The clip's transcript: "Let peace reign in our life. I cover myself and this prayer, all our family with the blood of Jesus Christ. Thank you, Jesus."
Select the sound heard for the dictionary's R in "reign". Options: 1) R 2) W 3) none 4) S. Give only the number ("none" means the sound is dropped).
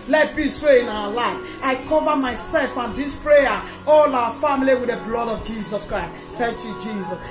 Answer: 2